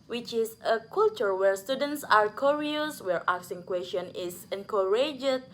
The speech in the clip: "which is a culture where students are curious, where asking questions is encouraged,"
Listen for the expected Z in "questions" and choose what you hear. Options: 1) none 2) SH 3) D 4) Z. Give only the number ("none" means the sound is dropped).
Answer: 1